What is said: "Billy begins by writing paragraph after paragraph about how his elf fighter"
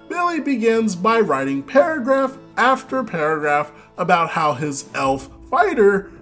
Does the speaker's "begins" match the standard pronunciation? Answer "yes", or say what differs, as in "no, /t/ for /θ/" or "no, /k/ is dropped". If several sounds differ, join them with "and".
yes